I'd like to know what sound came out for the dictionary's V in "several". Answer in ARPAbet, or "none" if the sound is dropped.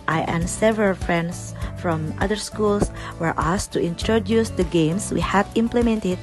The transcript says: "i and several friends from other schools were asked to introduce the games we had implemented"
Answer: V